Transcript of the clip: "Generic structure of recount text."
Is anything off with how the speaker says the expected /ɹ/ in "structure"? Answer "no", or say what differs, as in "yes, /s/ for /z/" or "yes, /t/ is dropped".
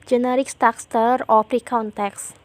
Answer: yes, /ɹ/ is dropped